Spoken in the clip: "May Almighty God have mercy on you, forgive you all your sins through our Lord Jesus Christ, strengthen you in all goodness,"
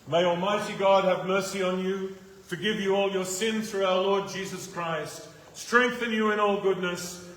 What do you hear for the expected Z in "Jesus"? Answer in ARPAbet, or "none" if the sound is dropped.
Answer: Z